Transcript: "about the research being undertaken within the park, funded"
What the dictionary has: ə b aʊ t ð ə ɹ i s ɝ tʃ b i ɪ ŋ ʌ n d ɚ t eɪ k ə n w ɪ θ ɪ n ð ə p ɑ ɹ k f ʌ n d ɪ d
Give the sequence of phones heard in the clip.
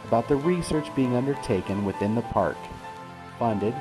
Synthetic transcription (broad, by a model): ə b aʊ t ð ə ɹ i s ɝ tʃ b i ɪ ŋ ʌ n d ɚ t eɪ k ə n w ɪ θ ɪ n ð ə p ɑ ɹ k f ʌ n d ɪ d